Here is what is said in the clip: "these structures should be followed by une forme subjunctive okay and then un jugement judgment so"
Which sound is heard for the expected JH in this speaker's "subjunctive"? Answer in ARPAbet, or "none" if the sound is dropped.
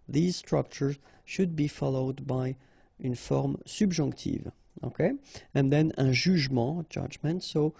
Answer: ZH